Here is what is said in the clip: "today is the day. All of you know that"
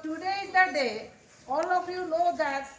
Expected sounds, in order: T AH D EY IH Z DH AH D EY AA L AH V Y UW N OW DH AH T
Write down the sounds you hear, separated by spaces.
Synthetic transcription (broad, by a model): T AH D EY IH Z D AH D EY AA L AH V Y UW L OW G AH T